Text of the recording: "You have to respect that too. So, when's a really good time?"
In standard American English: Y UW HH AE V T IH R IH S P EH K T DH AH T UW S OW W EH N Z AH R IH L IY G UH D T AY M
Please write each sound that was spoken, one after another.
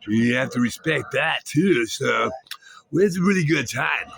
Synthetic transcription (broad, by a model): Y HH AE F T IH R IH S P EH K T DH AH T UW S OW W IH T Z AH R IH L IY G UH D T AY M